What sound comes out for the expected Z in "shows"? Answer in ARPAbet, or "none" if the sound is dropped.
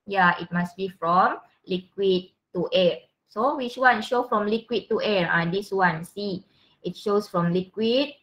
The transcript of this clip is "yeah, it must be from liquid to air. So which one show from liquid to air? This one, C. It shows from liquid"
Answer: S